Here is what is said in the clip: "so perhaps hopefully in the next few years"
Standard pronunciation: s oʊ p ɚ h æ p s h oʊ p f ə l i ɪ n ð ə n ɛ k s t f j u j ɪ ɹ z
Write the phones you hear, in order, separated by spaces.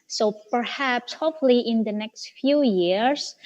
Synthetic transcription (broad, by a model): s oʊ p ɚ h æ p s h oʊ f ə l i ɪ n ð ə n ɛ k s t f j u j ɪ ɹ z